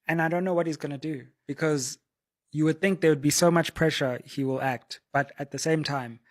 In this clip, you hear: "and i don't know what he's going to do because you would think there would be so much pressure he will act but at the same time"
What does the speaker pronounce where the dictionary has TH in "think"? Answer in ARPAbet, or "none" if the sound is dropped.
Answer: TH